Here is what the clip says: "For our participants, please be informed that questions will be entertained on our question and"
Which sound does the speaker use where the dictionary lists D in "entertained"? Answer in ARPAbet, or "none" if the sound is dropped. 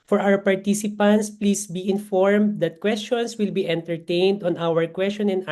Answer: D